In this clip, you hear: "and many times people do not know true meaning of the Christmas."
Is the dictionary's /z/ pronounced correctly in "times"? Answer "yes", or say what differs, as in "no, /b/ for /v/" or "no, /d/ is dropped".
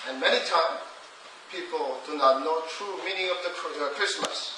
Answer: no, /z/ is dropped